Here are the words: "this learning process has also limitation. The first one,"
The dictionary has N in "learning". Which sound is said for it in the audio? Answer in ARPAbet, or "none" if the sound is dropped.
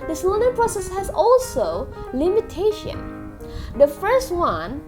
L